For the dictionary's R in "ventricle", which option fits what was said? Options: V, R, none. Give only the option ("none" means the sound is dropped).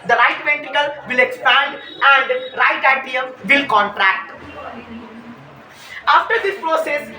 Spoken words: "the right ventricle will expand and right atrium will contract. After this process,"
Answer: none